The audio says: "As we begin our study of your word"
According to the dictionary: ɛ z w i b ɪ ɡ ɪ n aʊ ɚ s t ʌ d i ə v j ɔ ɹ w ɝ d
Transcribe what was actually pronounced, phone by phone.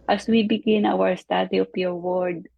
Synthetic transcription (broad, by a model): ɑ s w i b ɪ ɡ ɪ n aʊ ɚ s t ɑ d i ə p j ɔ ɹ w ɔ d